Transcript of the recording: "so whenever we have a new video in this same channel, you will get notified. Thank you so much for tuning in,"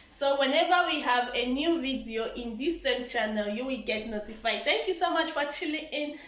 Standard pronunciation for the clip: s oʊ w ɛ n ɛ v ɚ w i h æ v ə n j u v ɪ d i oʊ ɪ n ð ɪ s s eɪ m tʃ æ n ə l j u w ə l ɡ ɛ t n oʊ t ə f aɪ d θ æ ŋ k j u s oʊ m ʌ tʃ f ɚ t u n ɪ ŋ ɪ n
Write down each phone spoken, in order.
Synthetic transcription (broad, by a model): s oʊ w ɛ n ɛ v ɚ w i h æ v ə n j u v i d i oʊ ɪ n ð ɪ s s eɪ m tʃ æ n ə l j u w ə l ɡ ɛ t n oʊ t ə f aɪ d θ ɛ ŋ k j u s oʊ m ʌ tʃ f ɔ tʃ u l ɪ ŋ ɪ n